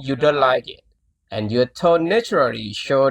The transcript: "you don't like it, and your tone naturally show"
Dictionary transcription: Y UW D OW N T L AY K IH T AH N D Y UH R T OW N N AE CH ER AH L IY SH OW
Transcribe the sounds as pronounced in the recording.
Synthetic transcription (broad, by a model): Y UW D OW N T L AY K IH T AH N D Y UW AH T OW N N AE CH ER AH L IY SH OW